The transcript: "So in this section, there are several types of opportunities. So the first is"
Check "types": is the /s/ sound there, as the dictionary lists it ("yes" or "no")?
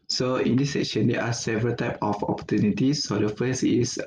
no